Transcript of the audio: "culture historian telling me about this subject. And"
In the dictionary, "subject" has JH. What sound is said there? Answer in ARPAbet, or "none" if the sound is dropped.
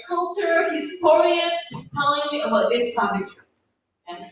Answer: none